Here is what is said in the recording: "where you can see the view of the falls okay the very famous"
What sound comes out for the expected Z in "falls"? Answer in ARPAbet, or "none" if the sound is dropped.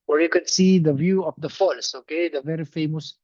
S